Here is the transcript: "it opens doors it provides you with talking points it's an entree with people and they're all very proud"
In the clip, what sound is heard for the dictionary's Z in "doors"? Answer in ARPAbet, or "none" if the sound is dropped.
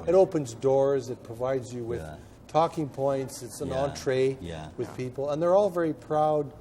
Z